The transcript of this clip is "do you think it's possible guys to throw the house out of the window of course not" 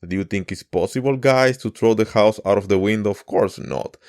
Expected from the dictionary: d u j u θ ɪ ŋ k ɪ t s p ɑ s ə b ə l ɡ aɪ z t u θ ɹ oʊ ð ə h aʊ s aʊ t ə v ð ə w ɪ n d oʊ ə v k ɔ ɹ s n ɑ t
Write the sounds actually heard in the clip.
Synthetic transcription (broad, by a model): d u j u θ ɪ ŋ k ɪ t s p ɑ s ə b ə l ɡ aɪ s t u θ ɹ oʊ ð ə h aʊ s aʊ t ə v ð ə w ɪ n d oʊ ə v k ɔ ɹ s n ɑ t